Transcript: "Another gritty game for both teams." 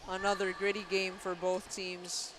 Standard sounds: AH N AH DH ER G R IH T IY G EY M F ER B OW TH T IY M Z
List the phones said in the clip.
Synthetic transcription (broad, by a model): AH N AH DH ER G R IH T IY G EY M F ER B OW TH T IY M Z